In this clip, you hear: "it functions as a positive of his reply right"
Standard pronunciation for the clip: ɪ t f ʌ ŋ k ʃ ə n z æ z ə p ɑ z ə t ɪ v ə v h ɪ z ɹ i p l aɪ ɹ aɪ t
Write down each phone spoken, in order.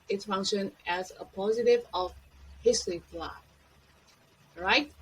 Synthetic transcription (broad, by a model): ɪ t f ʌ ŋ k ʃ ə n æ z ə p ɑ z ə t ɪ v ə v h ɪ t ɹ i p l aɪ ɹ aɪ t